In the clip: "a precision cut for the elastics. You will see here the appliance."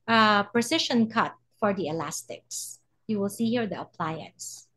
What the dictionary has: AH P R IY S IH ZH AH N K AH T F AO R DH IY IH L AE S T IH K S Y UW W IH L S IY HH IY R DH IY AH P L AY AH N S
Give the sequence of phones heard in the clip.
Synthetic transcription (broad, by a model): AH P R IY S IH SH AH N K AH T F AO R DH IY IH L AE S T IH K S Y UW W IH L S IY HH IY R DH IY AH P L AY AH N S